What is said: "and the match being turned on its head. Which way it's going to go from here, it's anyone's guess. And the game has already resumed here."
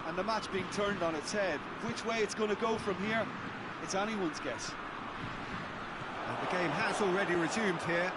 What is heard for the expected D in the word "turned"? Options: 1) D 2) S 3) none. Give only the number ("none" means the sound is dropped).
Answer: 1